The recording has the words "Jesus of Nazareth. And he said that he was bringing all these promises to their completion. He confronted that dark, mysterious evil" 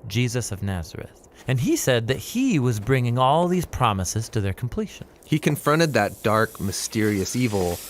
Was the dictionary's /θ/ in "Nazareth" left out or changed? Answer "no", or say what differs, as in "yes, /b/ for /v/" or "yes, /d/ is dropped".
no